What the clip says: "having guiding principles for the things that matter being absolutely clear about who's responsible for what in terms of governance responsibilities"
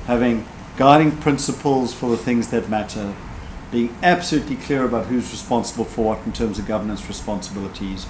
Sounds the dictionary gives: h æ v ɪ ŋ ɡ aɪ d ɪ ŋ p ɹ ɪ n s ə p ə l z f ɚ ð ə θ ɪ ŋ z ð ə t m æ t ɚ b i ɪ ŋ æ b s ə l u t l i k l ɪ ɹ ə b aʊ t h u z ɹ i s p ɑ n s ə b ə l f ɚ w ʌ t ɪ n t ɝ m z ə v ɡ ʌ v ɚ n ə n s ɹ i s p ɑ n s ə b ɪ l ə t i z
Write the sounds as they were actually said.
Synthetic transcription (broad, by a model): h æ v ɪ ŋ ɡ aɪ d ɪ ŋ p ɹ ɪ n s ə p ə l z f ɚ ð ə θ ɪ ŋ z ð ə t m æ t ɚ b i ɪ ŋ æ b s ə l u t l i k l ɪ ɹ ə b aʊ t h u z ɹ i s p ɑ n s ə b ə l f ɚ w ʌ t n t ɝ m z ə v ɡ ʌ v ɚ n ə n s ɹ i s p ɑ n s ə b ɪ l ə t i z